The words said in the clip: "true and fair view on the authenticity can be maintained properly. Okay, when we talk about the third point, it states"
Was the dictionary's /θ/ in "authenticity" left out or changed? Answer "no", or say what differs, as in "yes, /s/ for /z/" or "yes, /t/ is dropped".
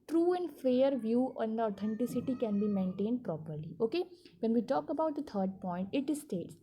yes, /t/ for /θ/